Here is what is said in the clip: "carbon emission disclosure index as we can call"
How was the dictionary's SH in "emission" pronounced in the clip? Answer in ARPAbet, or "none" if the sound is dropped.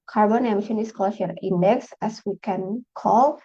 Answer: SH